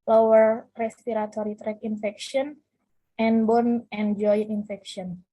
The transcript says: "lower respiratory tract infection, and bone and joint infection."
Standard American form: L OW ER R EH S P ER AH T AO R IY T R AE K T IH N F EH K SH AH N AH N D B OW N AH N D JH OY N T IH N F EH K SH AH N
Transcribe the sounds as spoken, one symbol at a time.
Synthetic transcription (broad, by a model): L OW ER R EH S P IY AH T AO R IY T R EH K IH N F EH K SH AH N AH N B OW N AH N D JH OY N IH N F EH K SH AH N